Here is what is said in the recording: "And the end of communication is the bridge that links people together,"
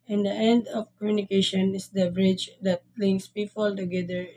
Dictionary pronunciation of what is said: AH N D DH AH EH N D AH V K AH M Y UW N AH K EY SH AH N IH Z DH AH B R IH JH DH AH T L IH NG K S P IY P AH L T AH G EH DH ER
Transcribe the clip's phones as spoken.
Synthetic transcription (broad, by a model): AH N D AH EH N D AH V K AH M Y UW N AH K EY SH AH N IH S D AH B R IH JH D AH T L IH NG S P IY P AH L T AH G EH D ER